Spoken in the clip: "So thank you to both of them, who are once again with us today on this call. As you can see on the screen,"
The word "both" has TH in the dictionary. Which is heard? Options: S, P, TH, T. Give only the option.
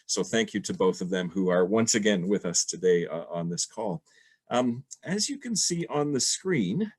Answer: TH